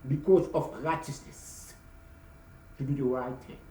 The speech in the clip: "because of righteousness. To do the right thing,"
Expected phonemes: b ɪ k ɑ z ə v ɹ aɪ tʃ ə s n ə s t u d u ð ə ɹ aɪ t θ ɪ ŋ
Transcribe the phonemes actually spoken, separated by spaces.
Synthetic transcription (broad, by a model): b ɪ k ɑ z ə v ɹ aɪ tʃ ə s n ə s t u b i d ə ɹ aɪ t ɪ